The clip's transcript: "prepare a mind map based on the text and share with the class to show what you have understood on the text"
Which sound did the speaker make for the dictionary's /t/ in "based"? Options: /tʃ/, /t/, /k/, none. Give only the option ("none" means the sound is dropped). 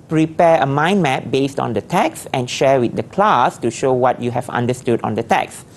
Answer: /t/